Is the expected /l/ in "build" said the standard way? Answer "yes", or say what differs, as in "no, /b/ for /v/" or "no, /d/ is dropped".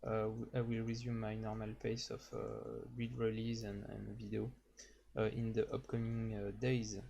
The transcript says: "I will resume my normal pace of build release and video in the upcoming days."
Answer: no, /l/ is dropped